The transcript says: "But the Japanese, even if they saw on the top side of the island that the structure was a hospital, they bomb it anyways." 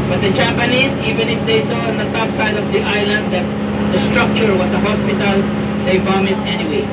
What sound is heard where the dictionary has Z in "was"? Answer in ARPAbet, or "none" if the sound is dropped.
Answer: S